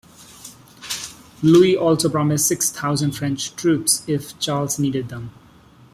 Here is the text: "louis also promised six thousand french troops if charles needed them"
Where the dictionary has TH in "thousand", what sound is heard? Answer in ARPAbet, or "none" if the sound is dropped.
T